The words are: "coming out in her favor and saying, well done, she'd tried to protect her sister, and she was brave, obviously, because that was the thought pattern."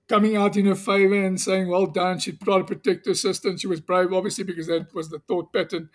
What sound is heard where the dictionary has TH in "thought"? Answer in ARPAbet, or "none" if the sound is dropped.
TH